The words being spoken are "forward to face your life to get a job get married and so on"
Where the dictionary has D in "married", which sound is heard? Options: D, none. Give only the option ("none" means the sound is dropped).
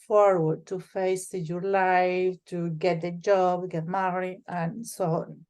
none